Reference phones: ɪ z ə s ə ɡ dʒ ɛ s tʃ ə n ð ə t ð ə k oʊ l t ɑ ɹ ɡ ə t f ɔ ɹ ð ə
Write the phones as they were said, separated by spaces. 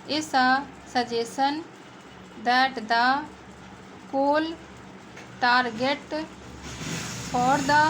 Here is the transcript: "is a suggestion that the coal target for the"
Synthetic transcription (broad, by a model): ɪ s ə s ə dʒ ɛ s ə n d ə t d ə k oʊ l t ɑ ɹ ɡ ə t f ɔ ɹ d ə